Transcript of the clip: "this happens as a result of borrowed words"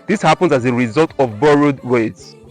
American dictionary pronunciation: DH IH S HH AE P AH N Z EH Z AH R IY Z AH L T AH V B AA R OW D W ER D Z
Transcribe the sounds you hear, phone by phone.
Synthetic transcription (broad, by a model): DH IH S HH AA P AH N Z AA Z AH R IY Z AH L T AH V B AA R OW D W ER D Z